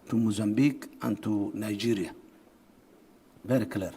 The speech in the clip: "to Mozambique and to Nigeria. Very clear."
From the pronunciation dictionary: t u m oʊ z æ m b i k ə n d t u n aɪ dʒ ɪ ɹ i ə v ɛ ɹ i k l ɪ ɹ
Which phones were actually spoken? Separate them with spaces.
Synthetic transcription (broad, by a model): t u m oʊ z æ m b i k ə n t u n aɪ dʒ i ɹ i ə b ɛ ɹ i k l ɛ ɹ